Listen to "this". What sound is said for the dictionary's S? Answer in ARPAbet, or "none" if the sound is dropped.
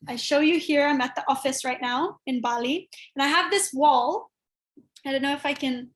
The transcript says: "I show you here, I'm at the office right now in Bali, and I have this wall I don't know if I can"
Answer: S